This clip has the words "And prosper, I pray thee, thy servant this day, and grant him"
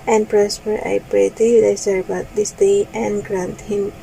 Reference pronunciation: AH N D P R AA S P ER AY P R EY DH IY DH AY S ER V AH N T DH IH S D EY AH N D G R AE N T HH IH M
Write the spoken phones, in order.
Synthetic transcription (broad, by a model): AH N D P R AA S P ER AY P R EY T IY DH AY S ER B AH T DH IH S D EY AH N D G R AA N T HH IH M